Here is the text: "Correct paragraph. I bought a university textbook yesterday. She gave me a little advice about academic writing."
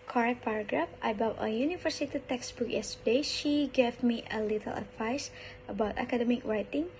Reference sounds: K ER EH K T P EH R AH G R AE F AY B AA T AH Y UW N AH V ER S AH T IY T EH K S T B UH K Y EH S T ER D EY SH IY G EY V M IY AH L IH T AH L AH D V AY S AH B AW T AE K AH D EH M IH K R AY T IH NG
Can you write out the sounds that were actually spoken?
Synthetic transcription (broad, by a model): K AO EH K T P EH R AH G R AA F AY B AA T AH Y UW N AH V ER S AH T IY T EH K S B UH K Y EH S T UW D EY SH IY G EY V M IY AH L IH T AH L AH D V AY S AH B AW T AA K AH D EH M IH K R AY T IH NG